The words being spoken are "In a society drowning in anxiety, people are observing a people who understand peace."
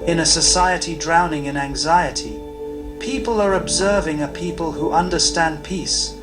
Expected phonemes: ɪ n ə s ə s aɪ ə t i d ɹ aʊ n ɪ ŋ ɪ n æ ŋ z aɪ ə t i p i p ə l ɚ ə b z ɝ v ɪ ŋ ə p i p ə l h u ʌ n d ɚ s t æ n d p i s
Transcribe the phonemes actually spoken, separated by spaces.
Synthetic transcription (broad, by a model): ɪ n ə s ə s aɪ ə t i d ɹ aʊ n ɪ ŋ ɪ n æ ŋ z aɪ ə t i p i p ə l ɚ ə b z ɝ v ɪ ŋ ə p i p ə l h u ʌ n d ɚ s t æ n p i s